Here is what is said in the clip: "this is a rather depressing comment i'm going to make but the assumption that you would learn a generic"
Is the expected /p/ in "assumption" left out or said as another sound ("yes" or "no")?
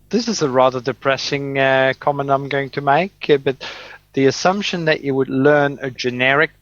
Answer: no